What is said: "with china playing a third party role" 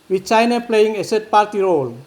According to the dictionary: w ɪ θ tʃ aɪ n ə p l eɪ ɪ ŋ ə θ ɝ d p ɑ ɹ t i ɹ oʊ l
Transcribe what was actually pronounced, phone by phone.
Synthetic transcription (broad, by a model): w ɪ tʃ aɪ n ə p l eɪ ɪ ŋ ə s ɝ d p ɑ ɹ t i ɹ oʊ l